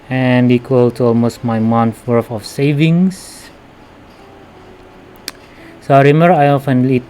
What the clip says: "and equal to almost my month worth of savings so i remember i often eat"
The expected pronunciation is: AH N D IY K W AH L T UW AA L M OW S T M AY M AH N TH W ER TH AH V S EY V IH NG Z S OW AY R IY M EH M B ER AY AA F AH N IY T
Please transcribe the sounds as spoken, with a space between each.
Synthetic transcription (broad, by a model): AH N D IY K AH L T UW AA L M OW S T M AY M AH N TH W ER F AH F S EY V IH NG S S OW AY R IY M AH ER AY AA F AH N IY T